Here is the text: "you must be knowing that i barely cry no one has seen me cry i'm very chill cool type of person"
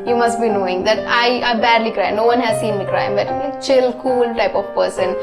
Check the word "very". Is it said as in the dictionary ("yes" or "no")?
no